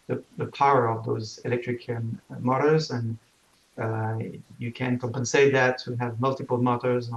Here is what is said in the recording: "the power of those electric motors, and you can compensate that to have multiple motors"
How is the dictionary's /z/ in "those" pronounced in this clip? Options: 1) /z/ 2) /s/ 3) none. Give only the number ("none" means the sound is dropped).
1